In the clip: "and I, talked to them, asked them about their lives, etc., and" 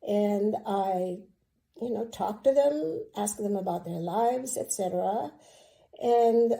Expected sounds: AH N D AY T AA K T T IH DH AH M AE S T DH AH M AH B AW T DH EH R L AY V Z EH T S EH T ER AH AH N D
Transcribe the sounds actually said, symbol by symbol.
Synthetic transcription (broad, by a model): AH N AY T AA K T T IH DH AH M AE S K DH AH M AH B AW T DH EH R L AY V Z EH T S EH T ER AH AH N